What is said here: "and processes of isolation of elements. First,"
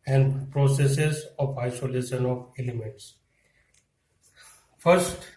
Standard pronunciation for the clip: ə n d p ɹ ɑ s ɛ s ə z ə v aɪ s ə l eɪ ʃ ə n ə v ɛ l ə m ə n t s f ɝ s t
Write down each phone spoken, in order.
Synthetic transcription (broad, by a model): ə n d p ɹ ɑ s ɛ s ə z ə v aɪ s ə l eɪ ʃ ə n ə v ɛ l ə m ə n t s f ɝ s t